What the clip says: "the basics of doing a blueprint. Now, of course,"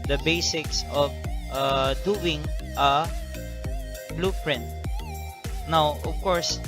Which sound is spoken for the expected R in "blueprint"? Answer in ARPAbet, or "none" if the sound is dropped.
R